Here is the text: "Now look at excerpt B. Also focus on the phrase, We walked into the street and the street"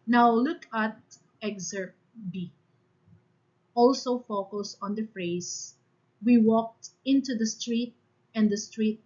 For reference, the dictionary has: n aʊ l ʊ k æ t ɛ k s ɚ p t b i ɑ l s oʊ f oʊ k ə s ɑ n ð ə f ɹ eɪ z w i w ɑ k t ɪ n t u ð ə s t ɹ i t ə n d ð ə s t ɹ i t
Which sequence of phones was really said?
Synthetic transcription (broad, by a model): n aʊ l ʊ k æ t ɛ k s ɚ t b i ɑ l s oʊ f oʊ k ə s ɑ n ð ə f ɹ eɪ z w i w ɑ k t ɪ n t u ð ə s t ɹ i t ə n d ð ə s t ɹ i t